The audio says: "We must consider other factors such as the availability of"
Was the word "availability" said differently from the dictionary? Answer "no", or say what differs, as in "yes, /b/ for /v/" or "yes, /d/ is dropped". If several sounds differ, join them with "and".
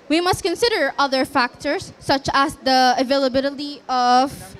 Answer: no